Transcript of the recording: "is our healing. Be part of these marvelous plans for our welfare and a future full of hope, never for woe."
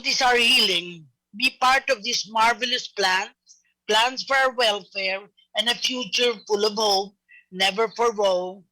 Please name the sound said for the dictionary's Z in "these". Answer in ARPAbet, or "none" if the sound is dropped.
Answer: S